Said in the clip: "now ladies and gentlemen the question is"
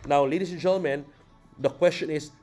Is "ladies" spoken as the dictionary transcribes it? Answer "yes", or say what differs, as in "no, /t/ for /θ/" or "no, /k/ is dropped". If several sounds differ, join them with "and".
no, /s/ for /z/